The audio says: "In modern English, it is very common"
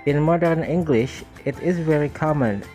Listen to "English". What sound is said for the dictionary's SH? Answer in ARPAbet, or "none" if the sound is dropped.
SH